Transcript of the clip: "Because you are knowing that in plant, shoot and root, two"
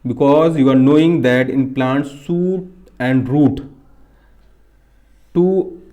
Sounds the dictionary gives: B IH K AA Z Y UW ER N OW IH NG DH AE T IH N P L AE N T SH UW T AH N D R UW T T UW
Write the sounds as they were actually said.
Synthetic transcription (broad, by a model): B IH K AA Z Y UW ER N OW IH NG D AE T IH N P L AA N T S UW T AH N D R UW T T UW